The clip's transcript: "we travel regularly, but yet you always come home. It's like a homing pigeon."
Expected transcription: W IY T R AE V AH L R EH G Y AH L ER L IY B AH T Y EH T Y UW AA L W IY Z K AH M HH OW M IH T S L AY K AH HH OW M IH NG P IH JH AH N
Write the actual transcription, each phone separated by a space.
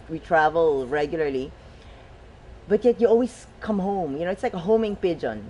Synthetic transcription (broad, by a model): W IY T R AE V AH L R EH G Y L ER L IY B AH T Y EH T Y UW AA L W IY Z K AH M HH OW M IH T S L AY K AH HH OW M IH NG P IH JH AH N